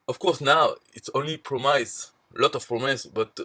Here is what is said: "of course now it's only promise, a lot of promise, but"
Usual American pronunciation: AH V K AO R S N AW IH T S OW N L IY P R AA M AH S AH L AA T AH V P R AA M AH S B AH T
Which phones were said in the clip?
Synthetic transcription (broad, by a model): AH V K AO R S N AW IH T S OW N L IY P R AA M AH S L AA T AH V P R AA M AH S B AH T